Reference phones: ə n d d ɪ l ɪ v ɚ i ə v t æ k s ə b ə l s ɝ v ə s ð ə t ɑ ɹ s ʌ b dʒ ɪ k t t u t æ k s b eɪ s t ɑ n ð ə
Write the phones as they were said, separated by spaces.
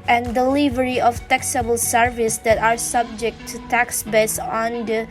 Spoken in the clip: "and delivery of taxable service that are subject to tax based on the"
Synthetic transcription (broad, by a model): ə n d d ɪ l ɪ v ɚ i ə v t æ k s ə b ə l s ɝ v ə s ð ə t ɑ ɹ s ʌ b dʒ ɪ k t t u t æ k s b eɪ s ɑ n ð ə